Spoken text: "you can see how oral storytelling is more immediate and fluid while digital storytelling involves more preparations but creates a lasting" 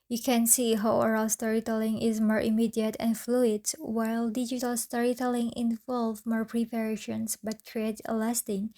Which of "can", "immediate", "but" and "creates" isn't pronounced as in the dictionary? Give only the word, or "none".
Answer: creates